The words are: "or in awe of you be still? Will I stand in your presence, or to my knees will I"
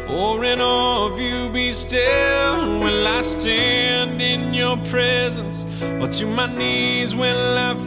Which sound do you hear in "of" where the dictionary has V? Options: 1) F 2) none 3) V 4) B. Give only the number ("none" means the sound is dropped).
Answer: 3